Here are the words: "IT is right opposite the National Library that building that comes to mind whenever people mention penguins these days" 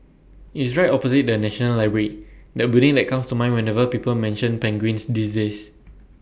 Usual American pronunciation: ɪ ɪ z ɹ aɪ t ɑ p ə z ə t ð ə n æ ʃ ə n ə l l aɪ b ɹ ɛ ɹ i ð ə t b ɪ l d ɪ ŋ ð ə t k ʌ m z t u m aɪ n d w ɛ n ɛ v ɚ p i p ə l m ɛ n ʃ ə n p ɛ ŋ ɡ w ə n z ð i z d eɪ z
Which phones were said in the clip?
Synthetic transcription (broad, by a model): ɪ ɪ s ɹ aɪ t ɑ p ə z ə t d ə n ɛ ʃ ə n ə l l aɪ b ɹ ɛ ɹ i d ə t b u d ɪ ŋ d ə t k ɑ m s t u m aɪ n w ɛ n ɛ v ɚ p i p ə l m ɛ n ʃ ə n p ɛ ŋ ɡ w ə n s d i s d eɪ s